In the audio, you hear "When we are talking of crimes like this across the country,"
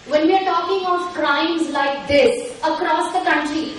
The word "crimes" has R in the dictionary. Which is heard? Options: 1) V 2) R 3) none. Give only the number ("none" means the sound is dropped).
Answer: 2